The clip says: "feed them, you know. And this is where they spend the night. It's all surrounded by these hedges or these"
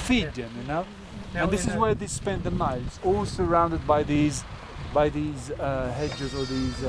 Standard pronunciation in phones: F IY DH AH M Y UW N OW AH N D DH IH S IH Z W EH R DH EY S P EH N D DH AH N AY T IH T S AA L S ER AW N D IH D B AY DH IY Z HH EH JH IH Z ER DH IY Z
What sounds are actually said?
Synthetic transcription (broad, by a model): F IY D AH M Y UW N OW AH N DH IH S IH Z W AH R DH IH S P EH N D DH AH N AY IH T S AA L S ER AW N D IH D B AY DH IY Z HH EH JH IH Z ER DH IY Z